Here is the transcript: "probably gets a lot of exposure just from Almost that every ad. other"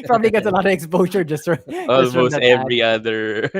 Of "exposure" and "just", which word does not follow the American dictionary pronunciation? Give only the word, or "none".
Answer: none